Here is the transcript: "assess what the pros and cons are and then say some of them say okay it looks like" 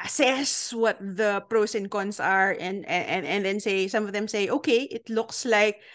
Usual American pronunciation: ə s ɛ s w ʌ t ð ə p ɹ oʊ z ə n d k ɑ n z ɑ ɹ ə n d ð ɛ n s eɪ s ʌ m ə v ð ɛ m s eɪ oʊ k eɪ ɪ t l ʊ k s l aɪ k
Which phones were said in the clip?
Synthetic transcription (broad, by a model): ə s ɛ s w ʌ t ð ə p ɹ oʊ s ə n k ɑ n s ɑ ɹ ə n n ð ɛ n s eɪ s ʌ m ə v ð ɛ m s eɪ oʊ k eɪ ɪ t l ʊ k s l aɪ k